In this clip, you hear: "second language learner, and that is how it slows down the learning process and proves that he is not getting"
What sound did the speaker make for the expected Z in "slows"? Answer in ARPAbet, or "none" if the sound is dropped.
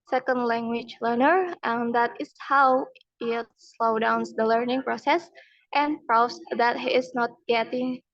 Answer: none